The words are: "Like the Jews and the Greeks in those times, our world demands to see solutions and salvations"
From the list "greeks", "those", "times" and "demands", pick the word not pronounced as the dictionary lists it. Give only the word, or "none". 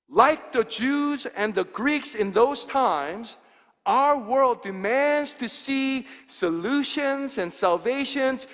none